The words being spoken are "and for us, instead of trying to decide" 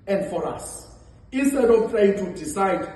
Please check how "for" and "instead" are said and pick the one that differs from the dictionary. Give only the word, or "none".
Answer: instead